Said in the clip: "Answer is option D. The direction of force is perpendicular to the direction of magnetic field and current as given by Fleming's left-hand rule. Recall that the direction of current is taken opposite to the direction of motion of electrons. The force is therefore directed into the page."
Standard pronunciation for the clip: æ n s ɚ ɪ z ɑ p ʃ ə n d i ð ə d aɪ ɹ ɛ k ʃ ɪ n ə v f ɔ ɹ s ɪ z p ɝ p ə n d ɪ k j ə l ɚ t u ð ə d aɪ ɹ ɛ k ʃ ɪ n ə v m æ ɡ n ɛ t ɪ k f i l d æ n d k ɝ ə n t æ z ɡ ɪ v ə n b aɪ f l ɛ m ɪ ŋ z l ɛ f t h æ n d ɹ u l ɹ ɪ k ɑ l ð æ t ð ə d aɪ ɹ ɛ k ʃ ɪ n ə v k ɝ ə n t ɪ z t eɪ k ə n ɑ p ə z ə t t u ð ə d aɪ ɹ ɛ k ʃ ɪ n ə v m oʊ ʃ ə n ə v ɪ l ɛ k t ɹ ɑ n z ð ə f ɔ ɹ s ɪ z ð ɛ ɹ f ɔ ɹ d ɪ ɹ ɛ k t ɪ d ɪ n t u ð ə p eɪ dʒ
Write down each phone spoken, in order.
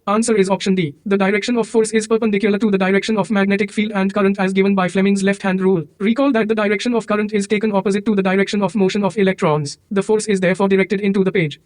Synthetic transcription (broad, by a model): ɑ n s ɚ ɪ z ɑ p ʃ ə n d i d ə d aɪ ɹ ɛ k ʃ ɪ n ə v f ɔ ɹ s ɪ z p ɝ p ə n d ɪ k j ə l ɚ t u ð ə d aɪ ɹ ɛ k ʃ ɪ n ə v m æ ɡ n ɛ t ɪ k f i l d æ n d k ɝ ə n t æ z ɡ ɪ v ə n b aɪ f l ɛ m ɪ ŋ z l ɛ f t h æ n d ɹ u l ɹ ɪ k ɑ l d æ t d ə d aɪ ɹ ɛ k ʃ ɪ n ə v k ɝ ə n t ɪ z t eɪ k ə n ɑ p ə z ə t t u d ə d aɪ ɹ ɛ k ʃ ɪ n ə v m oʊ ʃ ə n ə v ɪ l ɛ k t ɹ ɑ n z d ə f ɔ ɹ s ɪ z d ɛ ɹ f ɔ ɹ d ɪ ɹ ɛ k t ɪ d ɪ n t u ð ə p eɪ dʒ